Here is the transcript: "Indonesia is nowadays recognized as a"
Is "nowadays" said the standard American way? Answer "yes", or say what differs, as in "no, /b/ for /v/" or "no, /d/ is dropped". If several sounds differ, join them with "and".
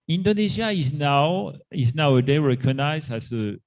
no, /z/ is dropped